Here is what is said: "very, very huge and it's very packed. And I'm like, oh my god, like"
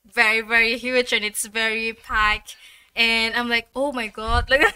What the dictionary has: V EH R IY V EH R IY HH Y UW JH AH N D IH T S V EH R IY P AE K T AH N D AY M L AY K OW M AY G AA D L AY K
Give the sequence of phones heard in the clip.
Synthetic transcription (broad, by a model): V EH R IY V EH R IY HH Y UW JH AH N IH T S V EH R IY P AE K AH N AY M L AY K OW M AY G AA D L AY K